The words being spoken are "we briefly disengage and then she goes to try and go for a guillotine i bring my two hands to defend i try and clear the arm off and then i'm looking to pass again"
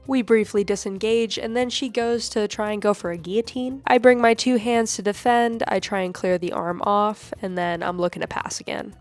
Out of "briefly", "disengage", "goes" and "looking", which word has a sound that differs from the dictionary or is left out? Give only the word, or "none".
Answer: none